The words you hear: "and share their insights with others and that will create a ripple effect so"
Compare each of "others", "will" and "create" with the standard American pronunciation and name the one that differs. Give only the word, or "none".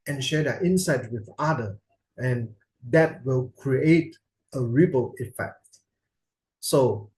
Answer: others